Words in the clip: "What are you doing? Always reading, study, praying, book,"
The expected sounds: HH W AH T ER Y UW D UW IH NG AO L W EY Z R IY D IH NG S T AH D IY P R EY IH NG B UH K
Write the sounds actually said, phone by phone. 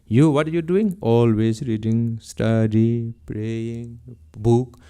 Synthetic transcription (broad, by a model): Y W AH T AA Y UW D UW IH NG AO L W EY S R IY D IH NG S T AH D IY P R EY IH NG B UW K